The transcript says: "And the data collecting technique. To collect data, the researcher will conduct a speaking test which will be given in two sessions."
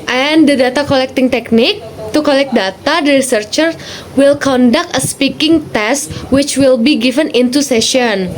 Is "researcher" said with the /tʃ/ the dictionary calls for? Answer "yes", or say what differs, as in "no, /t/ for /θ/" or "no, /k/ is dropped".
yes